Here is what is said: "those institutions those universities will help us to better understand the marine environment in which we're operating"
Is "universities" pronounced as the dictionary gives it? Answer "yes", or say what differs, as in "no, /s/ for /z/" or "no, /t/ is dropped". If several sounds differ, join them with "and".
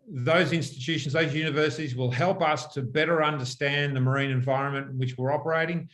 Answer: yes